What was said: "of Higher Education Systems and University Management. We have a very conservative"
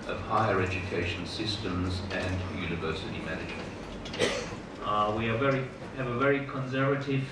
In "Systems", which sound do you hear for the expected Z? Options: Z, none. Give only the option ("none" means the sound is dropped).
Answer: Z